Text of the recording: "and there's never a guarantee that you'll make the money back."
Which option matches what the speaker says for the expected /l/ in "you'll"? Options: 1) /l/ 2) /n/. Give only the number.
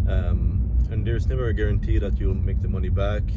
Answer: 2